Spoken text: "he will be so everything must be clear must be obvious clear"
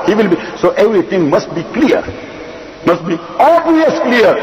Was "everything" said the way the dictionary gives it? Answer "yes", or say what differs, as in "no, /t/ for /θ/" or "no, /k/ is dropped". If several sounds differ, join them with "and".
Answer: no, /t/ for /θ/